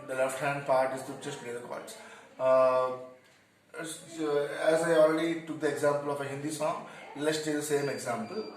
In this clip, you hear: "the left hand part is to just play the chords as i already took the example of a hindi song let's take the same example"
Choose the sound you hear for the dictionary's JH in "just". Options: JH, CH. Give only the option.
CH